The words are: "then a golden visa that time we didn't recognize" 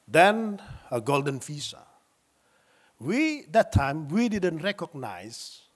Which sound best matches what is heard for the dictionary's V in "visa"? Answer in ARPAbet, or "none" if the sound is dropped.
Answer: F